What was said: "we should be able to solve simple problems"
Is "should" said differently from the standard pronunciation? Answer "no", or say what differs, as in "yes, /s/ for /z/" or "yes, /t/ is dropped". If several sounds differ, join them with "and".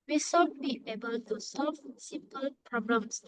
yes, /s/ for /ʃ/